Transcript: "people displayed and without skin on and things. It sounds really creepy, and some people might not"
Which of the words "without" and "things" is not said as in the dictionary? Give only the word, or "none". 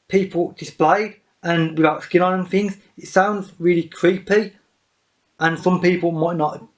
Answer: none